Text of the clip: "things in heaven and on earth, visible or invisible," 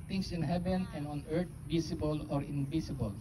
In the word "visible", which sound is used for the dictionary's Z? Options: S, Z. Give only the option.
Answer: S